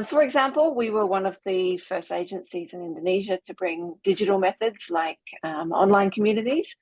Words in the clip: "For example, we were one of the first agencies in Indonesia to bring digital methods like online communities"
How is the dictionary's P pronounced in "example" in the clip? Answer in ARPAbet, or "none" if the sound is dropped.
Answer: P